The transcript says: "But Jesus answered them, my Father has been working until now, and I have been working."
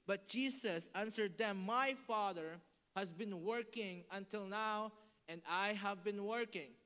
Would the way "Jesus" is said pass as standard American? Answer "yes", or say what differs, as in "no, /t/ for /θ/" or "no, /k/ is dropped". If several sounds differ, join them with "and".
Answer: no, /s/ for /z/